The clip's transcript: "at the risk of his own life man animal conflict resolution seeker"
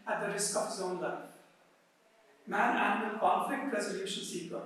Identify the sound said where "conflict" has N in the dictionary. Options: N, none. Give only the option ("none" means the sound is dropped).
none